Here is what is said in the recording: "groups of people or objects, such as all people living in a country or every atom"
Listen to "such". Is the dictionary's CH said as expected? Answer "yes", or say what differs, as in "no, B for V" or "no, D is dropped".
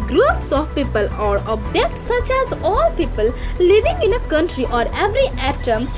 yes